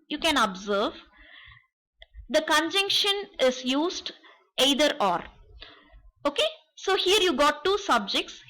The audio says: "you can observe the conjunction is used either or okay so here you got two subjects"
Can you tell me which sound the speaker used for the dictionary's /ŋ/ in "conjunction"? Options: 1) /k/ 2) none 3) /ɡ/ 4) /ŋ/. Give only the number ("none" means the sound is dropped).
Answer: 4